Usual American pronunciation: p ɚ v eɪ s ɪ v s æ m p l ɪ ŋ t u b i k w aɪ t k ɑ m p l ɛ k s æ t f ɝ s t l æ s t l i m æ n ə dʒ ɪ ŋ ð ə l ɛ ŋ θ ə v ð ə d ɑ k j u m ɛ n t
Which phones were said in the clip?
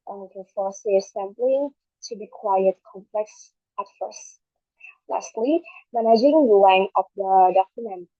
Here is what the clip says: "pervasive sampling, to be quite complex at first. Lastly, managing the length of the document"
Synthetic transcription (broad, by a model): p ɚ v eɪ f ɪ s s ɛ m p l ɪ ŋ t u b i k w aɪ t k ɑ m p l ɛ k s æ t f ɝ s l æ s t l i m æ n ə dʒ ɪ ŋ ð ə w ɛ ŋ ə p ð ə d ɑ k j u m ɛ n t